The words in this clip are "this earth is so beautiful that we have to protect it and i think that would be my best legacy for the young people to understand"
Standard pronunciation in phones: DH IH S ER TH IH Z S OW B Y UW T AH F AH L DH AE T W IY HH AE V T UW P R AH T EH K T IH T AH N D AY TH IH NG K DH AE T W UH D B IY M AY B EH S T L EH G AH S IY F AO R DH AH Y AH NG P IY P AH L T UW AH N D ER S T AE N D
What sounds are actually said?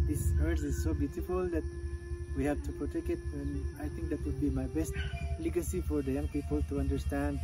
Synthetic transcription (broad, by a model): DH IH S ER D IH Z S OW B Y UW T AH F AH L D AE T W IY HH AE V T UW P R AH T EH K IH T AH N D AY T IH NG K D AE T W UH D B IY M AY B EH S T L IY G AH S IY F AO R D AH Y AH NG P IY P AH L T UW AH N D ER S T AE N D